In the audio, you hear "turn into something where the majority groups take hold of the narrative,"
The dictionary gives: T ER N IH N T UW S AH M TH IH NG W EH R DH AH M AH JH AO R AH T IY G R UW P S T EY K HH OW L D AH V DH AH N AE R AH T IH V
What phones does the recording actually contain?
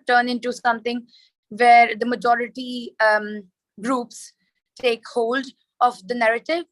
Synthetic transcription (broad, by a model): T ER N IH N T UW S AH M T IH NG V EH R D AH M AH JH AO R AH T IY G R UW P S T EY K HH OW L D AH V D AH N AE R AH T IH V